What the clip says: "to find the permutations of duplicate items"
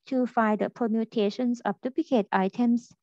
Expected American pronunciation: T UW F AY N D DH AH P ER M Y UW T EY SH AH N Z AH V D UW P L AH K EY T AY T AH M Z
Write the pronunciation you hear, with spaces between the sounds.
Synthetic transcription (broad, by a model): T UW F AY D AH P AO M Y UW T EY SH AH N S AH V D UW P L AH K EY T AY T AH M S